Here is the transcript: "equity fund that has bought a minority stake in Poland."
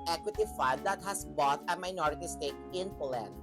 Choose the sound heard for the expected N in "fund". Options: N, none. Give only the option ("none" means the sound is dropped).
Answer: none